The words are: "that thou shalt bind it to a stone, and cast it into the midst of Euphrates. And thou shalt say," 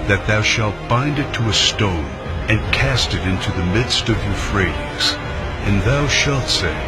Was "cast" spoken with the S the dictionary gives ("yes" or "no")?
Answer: yes